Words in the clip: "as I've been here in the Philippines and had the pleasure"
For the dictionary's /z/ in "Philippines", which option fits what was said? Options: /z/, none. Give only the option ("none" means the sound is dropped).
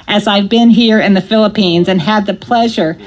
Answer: /z/